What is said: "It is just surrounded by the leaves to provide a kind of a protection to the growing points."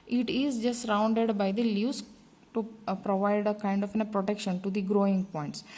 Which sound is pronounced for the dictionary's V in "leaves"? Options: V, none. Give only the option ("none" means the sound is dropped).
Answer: none